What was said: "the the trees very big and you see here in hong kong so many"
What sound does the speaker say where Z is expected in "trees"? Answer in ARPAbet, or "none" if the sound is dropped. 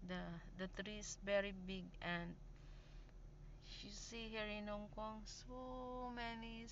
S